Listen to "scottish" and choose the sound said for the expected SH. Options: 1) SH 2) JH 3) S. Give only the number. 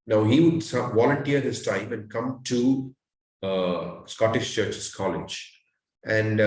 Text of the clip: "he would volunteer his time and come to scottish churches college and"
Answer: 1